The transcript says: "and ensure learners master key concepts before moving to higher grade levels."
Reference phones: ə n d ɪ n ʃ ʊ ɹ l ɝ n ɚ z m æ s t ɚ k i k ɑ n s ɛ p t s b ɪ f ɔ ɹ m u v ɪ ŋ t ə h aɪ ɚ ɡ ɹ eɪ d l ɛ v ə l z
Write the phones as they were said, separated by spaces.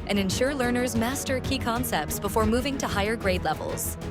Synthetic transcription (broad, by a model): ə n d ɪ n ʃ ʊ ɹ l ɝ n ɚ z m æ s t ɚ k i k ɑ n s ɛ p t s b ɪ f ɔ ɹ m u v ɪ ŋ t ə h aɪ ɚ ɡ ɹ eɪ d l ɛ v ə l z